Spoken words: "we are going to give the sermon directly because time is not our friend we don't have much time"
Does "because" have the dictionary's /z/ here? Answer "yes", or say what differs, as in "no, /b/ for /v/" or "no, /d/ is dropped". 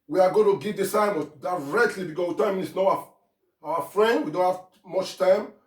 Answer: no, /z/ is dropped